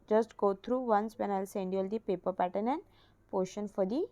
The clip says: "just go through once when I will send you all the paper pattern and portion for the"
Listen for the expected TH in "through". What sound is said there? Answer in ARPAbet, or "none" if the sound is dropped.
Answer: T